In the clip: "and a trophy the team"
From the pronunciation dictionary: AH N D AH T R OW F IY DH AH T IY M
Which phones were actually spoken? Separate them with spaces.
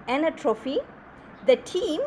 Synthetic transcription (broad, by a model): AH N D AH T R OW F IY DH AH T IY M